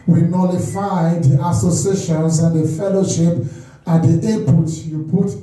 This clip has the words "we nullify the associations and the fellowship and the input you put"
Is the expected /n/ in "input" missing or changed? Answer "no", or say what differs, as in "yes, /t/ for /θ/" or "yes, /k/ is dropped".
yes, /n/ is dropped